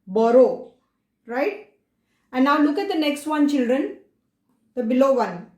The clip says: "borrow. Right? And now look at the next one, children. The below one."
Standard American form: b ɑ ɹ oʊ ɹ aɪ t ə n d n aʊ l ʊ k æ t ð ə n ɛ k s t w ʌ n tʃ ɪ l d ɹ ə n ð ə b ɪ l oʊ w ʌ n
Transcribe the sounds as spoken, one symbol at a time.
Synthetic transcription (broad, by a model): b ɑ ɹ oʊ ɹ aɪ t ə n n aʊ l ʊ k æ t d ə n ɛ k s t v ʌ n tʃ ɪ l d ɹ ə n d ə b ɪ l oʊ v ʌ n